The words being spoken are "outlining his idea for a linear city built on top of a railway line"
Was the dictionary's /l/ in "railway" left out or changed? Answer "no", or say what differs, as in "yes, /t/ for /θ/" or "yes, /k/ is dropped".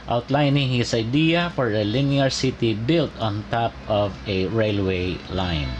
no